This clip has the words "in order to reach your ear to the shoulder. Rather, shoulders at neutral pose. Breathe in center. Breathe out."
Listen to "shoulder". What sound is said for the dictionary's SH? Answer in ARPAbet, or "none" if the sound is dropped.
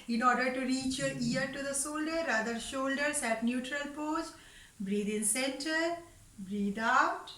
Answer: S